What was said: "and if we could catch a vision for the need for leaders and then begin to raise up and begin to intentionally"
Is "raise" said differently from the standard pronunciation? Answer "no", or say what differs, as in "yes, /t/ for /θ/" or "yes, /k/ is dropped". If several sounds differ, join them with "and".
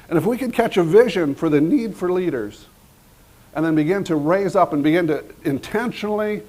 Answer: no